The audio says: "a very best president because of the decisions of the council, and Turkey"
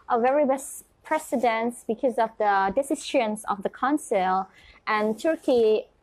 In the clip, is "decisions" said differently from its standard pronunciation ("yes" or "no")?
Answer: yes